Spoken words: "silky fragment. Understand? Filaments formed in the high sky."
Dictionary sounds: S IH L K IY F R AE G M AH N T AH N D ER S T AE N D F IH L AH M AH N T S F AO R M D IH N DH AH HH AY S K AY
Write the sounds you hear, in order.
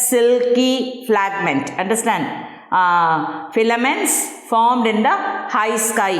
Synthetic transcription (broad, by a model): S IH L K IY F L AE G M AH N T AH N D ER S T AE N D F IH L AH M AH N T S F AO R M D IH N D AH HH AY S K AY